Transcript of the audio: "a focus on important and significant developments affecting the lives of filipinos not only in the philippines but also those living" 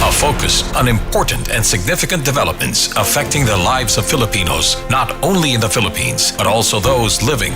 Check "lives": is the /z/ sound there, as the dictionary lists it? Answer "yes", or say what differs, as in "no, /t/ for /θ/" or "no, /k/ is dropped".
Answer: yes